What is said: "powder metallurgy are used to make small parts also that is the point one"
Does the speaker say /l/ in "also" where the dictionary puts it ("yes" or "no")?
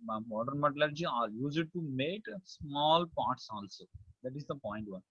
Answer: yes